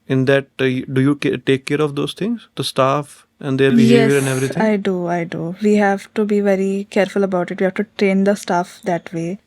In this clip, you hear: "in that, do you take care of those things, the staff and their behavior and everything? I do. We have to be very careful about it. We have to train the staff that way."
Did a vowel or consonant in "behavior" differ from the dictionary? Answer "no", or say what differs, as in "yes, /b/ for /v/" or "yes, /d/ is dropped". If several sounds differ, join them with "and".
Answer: yes, /v/ is dropped